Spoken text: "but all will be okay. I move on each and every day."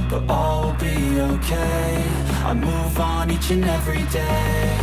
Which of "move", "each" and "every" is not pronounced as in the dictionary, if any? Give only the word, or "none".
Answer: none